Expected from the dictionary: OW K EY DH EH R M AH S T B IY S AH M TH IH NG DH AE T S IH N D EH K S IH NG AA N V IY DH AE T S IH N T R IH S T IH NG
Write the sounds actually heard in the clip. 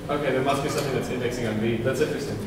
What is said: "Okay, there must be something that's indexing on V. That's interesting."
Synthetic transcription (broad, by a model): OW K EY DH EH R M AH S T B IY S AH M TH IH NG DH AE T S IH N D EH K S IH NG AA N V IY DH AE T S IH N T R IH S T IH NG